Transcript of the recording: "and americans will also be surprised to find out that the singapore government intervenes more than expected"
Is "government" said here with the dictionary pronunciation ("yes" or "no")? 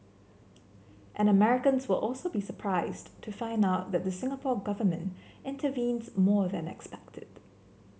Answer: yes